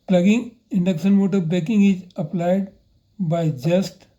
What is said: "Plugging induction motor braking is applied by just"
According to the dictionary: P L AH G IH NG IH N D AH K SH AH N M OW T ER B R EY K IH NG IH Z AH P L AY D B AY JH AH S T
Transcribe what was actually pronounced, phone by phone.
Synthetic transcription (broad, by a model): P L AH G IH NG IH N D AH K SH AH N M OW T ER B EY K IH NG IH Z AH P L AY D B AY JH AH S T